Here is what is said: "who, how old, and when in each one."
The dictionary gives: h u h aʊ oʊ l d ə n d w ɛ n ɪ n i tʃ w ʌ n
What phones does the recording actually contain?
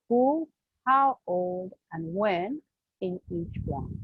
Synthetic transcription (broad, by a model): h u h aʊ oʊ l d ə n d w ɛ n ɪ n i tʃ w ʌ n